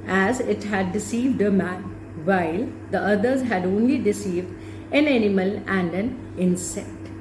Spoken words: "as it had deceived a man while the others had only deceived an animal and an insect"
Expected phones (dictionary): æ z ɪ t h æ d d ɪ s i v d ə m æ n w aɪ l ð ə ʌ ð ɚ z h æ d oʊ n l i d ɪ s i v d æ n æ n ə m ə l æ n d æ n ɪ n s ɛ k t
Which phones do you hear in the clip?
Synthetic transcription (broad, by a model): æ z ɪ t h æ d d ɪ s i v d ə m æ n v aɪ l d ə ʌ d ɚ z h æ d oʊ n l i d ɪ s i v d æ n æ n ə m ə l æ n d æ n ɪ n s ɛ k t